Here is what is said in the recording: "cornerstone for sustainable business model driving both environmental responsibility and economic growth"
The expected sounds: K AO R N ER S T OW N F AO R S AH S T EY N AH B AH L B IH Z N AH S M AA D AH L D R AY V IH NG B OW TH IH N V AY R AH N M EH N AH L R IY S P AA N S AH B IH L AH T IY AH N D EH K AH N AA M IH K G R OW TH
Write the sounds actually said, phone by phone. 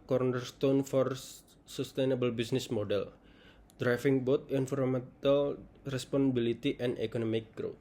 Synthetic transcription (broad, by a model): K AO R N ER S T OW N F AO R S AH S T EY N AH B AH L B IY S N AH S M AA D AH L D R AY F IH NG B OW T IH N F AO R M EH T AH L R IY S P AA N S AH B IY L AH T IY AH N D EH K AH N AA M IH K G R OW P